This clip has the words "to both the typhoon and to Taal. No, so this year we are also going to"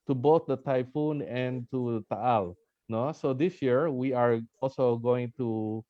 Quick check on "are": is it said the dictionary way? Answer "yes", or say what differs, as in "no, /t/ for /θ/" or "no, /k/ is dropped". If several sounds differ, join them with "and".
yes